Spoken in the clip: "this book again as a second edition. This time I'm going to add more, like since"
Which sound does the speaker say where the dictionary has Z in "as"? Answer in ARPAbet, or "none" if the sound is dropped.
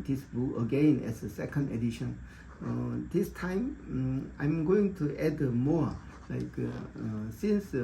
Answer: S